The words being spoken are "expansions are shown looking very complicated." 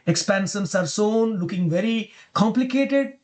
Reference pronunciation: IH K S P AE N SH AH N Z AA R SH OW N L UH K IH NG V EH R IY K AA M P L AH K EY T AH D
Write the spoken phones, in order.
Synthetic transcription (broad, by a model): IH K S P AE N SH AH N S AA R S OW N L UH K IH NG V EH R IY K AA M P L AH K EY T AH D